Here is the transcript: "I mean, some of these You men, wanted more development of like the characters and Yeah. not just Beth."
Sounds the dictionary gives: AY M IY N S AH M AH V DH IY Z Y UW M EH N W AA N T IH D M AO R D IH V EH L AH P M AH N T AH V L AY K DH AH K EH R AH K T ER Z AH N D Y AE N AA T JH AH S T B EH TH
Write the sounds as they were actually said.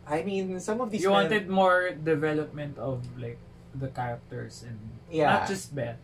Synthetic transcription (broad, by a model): AY M IY N S AH M AH V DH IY Y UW W AA N T IH D M AO R D IH V EH L AH P M AH N T AH V L AY K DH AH K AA R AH K T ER S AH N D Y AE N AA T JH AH S T B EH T